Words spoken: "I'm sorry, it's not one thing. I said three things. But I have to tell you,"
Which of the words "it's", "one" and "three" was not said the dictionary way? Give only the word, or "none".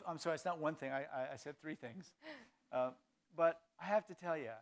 none